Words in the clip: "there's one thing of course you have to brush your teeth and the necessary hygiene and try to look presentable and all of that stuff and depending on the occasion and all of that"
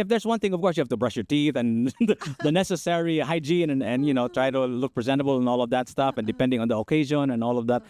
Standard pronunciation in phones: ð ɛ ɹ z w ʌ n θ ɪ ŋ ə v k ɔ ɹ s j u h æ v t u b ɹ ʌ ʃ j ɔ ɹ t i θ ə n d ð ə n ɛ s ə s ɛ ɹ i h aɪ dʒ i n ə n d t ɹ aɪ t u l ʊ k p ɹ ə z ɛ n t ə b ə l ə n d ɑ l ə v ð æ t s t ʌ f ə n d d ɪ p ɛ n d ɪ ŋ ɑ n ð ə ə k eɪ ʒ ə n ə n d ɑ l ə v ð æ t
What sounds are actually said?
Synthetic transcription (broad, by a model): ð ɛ ɹ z w ʌ n θ ɪ ŋ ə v k ɔ ɹ s j u h æ v t u b ɹ ʌ ʃ j ɔ ɹ t i θ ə n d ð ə n ɛ s ə s ɛ ɹ i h aɪ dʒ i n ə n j t ɹ aɪ t u l ʊ k p ɹ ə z ɛ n t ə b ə l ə n ɑ l ə v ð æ t s t ʌ f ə n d d ɪ p ɛ n d ɪ ŋ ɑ n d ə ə k eɪ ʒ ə n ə n ɑ l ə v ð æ t